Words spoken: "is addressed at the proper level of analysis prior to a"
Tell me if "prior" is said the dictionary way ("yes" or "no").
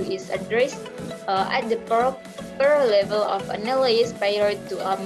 no